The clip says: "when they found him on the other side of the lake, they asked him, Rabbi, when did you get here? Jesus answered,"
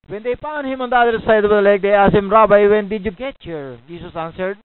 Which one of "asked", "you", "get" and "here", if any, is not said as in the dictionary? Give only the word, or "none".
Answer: asked